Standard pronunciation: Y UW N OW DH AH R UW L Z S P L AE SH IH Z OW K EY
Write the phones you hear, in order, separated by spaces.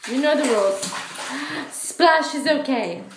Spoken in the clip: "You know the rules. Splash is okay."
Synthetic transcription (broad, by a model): Y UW N OW DH AH W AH L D S P L AE SH IH Z OW K EY